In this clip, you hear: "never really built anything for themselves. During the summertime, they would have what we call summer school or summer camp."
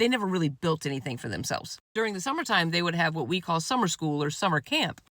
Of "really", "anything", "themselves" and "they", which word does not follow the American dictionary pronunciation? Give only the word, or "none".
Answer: none